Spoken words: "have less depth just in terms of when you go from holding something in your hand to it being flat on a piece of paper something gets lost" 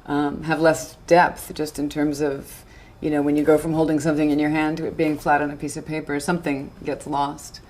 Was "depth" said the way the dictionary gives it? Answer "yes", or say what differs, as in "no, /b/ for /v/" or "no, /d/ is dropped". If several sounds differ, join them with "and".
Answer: yes